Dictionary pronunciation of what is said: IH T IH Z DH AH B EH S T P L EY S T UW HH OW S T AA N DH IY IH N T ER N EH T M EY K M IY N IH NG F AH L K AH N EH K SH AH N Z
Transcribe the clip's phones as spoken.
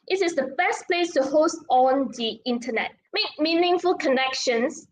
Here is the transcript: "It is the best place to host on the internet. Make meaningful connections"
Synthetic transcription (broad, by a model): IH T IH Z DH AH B EH S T P L EY S T UW HH OW S T AA N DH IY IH N T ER N EH T M EY K M IY N IH NG F AH L K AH N EH K SH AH N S